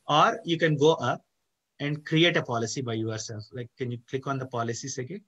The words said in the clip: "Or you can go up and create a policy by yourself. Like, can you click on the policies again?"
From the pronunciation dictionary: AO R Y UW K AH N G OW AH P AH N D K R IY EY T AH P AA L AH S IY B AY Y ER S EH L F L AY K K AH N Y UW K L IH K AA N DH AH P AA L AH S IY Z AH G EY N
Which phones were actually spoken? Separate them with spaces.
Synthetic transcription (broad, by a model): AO R Y UW K AH N G OW AH P AH N D K R IY EY T AH P AA L AH S IY B AY Y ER S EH L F L AY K K AH N Y UW K L IH K AA N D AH P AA L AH S IY S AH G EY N